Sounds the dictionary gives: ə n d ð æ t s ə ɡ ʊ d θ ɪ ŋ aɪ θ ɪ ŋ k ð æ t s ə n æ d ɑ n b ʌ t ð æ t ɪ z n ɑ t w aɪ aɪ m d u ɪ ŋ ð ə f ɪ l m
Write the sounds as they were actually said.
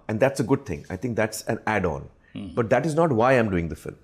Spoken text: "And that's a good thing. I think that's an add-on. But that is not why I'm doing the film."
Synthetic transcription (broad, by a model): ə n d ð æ t s ə ɡ ʊ d t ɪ ŋ aɪ t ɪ ŋ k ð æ t s ə n æ d ɑ n b ʌ t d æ t ɪ z n ɑ t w aɪ aɪ m d u ɪ ŋ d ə f ɪ l m